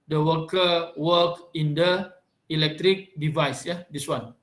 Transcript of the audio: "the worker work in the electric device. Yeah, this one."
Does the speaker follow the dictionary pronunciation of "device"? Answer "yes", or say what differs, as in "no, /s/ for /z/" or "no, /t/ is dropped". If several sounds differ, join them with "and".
yes